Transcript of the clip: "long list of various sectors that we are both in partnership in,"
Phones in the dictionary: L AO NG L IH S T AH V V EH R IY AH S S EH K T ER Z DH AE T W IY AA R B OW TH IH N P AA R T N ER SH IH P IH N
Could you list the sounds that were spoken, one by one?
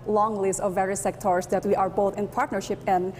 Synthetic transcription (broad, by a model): L AO NG L IH S T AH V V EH R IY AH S S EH K T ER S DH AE T W IY AA R B OW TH IH N P AA R T N ER SH IH P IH N